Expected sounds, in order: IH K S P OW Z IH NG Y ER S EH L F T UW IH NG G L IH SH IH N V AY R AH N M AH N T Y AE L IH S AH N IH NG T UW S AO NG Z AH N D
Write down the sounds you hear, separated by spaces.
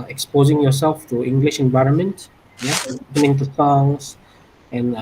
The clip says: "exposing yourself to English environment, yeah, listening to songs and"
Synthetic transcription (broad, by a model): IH K S P OW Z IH NG Y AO S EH L F T UW IH NG G L IH SH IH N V AY R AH N M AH N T Y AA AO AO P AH N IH NG T UW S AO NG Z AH N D